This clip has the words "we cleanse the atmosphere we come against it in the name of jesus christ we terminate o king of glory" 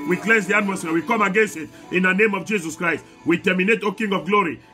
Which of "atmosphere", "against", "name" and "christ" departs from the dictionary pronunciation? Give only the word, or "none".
atmosphere